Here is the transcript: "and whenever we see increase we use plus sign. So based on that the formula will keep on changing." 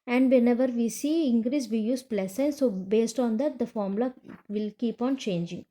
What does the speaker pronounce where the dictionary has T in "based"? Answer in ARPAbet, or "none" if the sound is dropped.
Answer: T